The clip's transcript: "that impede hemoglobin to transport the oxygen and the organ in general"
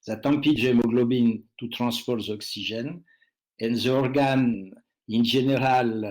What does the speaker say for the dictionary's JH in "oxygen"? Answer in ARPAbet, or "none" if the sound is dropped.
ZH